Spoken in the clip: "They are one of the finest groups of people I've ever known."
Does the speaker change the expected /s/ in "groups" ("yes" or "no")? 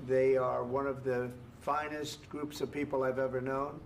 no